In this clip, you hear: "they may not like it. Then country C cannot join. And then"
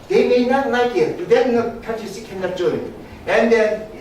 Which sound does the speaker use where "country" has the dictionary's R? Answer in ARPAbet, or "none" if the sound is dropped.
none